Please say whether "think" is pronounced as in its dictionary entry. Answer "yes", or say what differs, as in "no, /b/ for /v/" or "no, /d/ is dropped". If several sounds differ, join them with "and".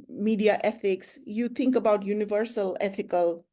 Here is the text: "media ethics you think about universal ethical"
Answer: no, /t/ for /θ/